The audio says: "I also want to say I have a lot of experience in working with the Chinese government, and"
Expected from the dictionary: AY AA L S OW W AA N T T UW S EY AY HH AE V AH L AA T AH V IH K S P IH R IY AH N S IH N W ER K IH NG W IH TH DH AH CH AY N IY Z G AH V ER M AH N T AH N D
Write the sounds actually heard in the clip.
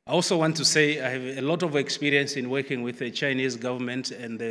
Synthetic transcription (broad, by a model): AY AA L S OW W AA N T T UW S EY AY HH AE V AH L AA T AH V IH K S P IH R IY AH N S IH N W ER K IH NG W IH DH AH CH AY N IY Z G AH V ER M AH N T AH N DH